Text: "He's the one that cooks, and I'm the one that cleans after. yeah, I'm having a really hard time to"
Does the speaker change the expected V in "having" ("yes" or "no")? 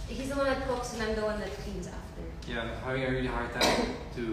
yes